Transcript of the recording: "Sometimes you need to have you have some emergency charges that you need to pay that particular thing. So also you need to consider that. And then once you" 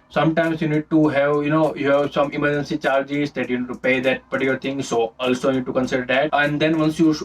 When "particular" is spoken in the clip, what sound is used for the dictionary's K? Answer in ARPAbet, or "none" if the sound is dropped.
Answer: none